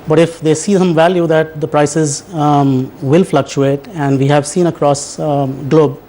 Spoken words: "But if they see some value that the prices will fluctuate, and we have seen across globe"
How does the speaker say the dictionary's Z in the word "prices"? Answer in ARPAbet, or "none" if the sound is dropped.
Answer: Z